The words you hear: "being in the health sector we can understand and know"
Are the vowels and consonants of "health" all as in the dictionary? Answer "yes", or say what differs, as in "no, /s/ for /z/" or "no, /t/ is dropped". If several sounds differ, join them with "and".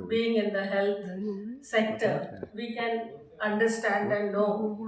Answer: no, /t/ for /θ/